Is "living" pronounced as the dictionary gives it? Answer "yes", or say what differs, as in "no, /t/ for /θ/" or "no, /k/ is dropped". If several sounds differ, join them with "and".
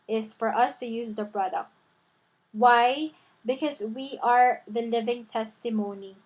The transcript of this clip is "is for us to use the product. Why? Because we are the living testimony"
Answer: yes